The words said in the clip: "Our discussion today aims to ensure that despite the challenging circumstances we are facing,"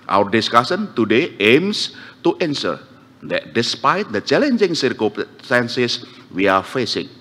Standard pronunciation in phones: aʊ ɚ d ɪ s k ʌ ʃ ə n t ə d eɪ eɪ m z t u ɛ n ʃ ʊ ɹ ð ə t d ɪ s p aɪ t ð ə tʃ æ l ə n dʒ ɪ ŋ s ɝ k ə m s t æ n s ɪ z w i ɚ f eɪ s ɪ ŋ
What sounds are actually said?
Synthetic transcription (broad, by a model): aʊ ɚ d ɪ s k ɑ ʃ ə n t ə d eɪ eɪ m s t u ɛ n s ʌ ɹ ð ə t d ɪ s p aɪ t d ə tʃ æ l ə n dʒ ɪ ŋ s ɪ k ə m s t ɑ n s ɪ s w i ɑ f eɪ s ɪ ŋ